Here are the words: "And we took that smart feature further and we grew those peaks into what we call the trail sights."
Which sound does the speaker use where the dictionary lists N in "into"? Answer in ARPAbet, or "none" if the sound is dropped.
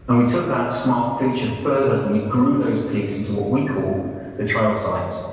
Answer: N